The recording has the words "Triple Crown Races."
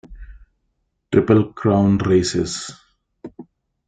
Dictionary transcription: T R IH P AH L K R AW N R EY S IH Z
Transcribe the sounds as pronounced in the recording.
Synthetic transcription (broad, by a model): T R IH P AH L K R AW N R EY S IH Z